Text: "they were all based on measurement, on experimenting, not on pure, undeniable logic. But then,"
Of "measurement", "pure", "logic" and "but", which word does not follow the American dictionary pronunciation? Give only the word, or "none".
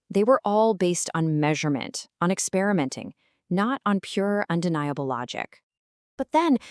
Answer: none